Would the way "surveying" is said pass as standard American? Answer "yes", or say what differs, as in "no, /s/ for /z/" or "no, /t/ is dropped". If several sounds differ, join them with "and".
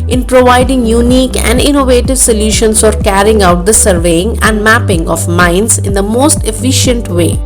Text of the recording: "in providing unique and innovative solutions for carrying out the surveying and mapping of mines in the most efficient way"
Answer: yes